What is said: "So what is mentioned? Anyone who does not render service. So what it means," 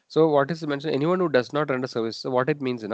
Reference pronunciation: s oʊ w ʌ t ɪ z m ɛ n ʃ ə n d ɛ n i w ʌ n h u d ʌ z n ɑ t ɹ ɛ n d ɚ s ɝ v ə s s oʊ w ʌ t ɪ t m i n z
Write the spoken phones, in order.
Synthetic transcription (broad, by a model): s oʊ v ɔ t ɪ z m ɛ n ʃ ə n ɛ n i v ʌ n h u d ʌ z n ɑ t ɹ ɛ n d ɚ s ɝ v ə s s oʊ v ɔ t ɪ t m i n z